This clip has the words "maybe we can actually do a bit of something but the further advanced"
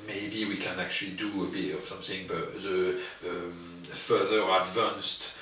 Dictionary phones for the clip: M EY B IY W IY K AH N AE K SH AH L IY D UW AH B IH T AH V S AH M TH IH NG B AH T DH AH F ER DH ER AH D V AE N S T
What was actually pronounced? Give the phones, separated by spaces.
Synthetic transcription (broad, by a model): M EY B IY W IY K AH N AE K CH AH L IY D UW AH B IH T AH V S AH M TH IH NG B AH T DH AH F ER DH ER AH D V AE N S T